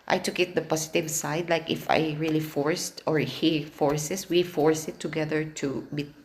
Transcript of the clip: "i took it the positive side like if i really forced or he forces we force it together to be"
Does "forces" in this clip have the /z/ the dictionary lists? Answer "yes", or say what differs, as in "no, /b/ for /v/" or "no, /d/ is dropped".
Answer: no, /s/ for /z/